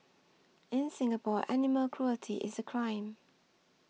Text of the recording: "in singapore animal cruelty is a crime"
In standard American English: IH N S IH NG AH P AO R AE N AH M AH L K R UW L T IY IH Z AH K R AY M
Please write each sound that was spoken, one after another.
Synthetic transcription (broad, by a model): IH N S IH NG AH P AO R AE N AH M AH L K R UW L T IY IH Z AH K R AY M